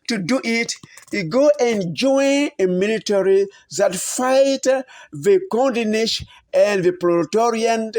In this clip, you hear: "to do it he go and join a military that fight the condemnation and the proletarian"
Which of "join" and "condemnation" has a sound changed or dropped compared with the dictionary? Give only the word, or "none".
condemnation